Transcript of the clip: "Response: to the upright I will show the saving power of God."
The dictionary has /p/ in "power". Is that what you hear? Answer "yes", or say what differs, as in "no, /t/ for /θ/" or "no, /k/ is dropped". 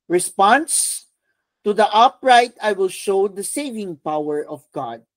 yes